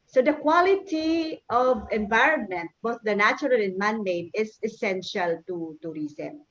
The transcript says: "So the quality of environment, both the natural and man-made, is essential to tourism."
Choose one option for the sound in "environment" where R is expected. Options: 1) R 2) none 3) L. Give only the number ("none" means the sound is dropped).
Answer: 1